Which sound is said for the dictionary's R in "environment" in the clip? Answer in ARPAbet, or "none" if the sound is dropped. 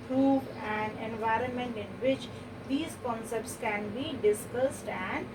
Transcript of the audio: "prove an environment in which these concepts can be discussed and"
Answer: R